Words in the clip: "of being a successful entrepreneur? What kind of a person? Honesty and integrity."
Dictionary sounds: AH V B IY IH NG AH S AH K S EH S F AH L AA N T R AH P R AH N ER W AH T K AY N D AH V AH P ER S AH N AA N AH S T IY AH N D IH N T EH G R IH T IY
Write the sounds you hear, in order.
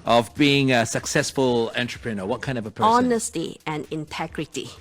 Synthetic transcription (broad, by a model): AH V B IY IH NG AH S AH K S EH S F AH L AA N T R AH P R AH N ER W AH T K AY N D AH V AH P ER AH AA N AH S T IY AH N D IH N T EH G R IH T IY